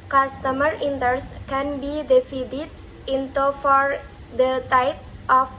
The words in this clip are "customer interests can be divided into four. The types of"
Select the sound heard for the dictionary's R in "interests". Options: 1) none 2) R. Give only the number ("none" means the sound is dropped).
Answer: 1